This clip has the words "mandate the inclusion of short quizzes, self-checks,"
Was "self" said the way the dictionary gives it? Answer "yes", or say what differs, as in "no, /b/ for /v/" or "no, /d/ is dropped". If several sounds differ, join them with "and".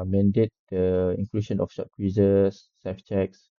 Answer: no, /l/ is dropped